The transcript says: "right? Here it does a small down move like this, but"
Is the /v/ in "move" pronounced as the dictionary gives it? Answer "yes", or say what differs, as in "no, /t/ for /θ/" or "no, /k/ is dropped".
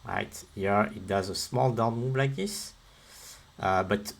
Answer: no, /b/ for /v/